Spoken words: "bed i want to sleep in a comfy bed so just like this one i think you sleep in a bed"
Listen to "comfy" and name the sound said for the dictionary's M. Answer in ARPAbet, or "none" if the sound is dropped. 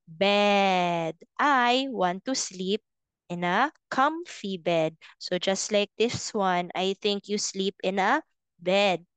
M